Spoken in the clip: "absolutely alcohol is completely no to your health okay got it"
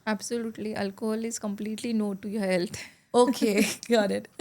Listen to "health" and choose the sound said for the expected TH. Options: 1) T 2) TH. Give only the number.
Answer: 1